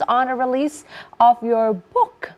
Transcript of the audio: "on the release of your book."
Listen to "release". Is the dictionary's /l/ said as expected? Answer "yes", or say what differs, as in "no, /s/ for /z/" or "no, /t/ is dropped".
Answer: yes